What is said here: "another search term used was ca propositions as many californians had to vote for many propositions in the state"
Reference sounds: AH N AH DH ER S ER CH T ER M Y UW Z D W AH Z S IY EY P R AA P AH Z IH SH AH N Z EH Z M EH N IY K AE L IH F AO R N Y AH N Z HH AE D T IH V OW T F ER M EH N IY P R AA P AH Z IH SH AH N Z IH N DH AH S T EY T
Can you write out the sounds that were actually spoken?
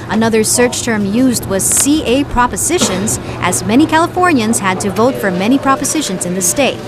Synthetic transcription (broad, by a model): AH N AH DH ER S ER CH T ER M Y UW Z D W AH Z S IY EY P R AA P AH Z IH SH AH N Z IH Z M EH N IY K AE L IH F AO R N Y AH N Z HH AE D T IH V OW T F ER M EH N IY P R AA P AH Z IH SH AH N Z IH N DH AH S T EY T